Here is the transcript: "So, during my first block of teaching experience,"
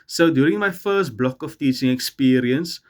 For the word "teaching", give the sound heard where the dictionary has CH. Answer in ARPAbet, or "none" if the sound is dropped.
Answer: CH